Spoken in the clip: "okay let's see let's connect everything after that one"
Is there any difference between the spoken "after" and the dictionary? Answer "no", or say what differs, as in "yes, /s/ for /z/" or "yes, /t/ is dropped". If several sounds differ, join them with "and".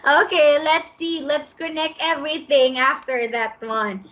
no